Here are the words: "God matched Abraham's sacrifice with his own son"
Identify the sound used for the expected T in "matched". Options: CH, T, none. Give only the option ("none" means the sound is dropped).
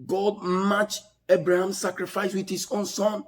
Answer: none